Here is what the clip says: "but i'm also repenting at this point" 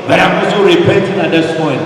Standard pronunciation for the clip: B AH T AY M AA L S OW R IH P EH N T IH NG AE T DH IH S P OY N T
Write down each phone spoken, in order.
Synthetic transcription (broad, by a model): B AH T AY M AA S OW R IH P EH N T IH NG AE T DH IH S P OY N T